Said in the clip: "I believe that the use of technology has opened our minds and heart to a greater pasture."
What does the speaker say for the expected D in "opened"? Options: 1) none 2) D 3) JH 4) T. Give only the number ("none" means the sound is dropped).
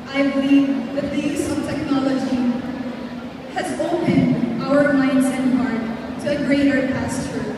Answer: 2